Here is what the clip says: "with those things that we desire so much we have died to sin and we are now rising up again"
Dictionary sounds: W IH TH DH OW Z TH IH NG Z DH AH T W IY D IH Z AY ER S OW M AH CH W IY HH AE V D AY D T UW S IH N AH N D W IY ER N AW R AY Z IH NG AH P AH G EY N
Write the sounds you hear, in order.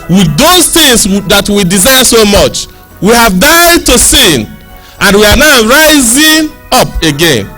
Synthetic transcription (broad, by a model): W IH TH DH OW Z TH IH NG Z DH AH T W IY D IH Z AY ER S OW M AH CH W IY HH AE V D AY D T UW S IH N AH N W IY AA N AW R AY Z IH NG AH P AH G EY N